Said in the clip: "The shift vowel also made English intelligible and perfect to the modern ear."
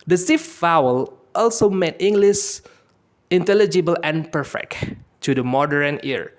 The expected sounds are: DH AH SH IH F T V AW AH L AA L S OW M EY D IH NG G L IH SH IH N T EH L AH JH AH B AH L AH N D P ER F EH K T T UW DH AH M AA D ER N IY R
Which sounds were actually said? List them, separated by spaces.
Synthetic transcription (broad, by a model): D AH S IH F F AW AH L AA L S OW M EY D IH NG G L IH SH IH N T EH L AH JH AH B AH L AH N P ER F EH K T T UW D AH M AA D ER N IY R